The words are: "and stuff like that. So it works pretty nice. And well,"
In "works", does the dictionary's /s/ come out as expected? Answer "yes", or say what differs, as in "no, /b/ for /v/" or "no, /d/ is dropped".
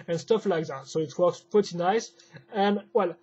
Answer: yes